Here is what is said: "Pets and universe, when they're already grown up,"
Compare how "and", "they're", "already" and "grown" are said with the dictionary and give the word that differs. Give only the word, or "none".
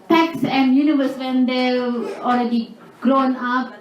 they're